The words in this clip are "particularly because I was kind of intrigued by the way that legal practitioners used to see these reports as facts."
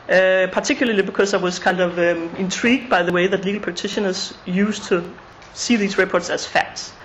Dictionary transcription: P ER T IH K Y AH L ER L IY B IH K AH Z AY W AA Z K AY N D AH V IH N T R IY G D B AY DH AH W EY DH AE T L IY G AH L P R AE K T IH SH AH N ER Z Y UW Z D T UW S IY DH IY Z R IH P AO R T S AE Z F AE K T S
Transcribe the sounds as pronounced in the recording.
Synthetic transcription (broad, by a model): P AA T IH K Y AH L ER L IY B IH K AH S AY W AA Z K AY N D AH V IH N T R IY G D B AY DH AH W EY DH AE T L IY G AH L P AE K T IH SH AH N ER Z Y UW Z T UW S IY DH IY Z R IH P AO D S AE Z F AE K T S